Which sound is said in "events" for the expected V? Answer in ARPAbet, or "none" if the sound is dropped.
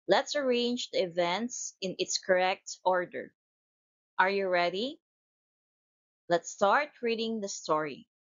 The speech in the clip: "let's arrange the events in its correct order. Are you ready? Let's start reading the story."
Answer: V